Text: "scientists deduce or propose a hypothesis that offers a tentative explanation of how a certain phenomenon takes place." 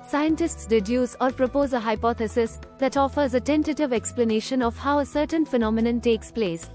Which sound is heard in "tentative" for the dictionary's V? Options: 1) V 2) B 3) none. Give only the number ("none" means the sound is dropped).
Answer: 1